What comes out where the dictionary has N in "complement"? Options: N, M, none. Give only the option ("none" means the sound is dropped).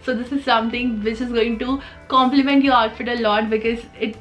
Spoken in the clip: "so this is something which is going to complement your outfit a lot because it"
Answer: N